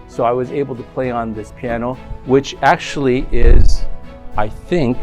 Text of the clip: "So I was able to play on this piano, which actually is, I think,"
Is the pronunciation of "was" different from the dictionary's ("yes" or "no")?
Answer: no